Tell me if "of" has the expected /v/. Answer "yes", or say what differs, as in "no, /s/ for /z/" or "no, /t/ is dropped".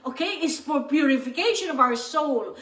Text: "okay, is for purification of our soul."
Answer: yes